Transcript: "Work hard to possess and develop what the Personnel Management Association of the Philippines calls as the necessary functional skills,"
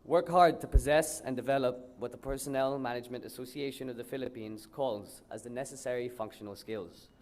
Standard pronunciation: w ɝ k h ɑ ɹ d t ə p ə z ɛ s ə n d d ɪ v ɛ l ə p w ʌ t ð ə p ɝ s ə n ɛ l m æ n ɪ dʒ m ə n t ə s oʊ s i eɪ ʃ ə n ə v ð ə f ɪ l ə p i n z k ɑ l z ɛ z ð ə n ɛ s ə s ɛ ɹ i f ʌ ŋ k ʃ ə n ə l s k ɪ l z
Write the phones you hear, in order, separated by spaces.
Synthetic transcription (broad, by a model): w ɝ k h ɑ ɹ d t ə p ə z ɛ s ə n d d ɪ v ɛ l ə p w ʌ t ð ə p ɝ s ə n ɛ l m æ n ɪ dʒ m ə n t ə s oʊ s i eɪ ʃ ə n ə v ð ə f ɪ l ə p i n z k ɑ l z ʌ z ð ə n ɛ s ə s ɛ ɹ i f ʌ ŋ k ʃ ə n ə l s k ɪ l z